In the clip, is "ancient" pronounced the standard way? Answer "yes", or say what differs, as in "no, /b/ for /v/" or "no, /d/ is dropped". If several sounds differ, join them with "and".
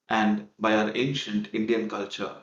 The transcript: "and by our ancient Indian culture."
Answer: yes